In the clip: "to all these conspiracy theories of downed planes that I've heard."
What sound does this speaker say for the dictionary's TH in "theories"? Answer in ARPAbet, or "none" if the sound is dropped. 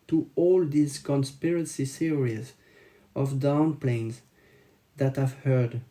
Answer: S